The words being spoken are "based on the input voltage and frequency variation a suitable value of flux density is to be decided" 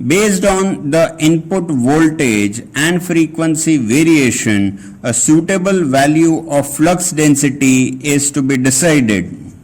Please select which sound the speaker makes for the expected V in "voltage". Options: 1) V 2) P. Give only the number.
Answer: 1